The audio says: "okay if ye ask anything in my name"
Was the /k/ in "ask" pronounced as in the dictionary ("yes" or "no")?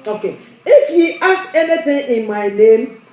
no